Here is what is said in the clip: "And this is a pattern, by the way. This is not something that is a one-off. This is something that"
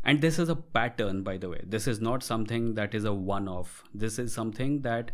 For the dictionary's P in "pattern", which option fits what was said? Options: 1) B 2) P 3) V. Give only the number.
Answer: 2